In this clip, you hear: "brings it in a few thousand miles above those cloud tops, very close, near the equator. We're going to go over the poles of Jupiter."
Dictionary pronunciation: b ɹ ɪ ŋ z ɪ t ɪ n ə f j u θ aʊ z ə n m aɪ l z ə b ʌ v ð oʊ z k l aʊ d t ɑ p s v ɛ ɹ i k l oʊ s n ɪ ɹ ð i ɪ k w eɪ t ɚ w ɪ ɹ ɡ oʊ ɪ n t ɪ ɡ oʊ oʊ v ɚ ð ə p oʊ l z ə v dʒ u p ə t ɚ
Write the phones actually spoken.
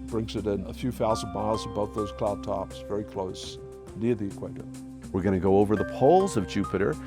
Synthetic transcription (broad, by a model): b ɹ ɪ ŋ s ɪ t ɪ n ə f j u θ aʊ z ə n m aɪ l z ə b ʌ v ð oʊ z k l aʊ d t ɑ p s v ɛ ɹ i k l oʊ s n ɪ ɹ ð i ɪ k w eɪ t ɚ w ɪ ɹ ɡ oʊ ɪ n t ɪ ɡ oʊ oʊ v ɚ ð ə p oʊ l z ə v dʒ u p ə t ɚ